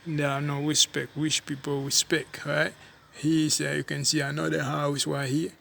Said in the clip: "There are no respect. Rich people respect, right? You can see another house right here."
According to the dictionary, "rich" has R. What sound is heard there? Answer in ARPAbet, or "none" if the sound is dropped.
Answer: W